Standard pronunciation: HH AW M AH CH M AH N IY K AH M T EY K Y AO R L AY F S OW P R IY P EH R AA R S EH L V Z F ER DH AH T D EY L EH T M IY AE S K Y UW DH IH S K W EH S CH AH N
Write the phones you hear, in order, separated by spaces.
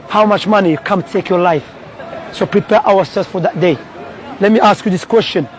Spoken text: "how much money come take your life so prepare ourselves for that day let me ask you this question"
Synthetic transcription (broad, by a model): HH AW M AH CH M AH N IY K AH M T EY K Y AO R L AY F S OW P R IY P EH R AA W S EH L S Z F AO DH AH T D EY L EH T M IY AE S K Y UW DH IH S K W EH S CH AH N